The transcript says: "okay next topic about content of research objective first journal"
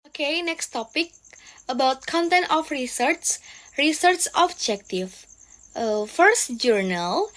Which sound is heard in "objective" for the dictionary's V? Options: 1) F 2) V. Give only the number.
1